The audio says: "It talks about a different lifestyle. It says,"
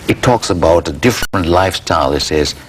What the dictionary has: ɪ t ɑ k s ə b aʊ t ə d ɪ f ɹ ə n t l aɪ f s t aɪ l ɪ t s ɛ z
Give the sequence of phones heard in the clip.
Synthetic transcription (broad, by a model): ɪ t ɑ k s ə b aʊ t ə d ɪ f ɹ ə n t l aɪ f s t aɪ l ɪ t s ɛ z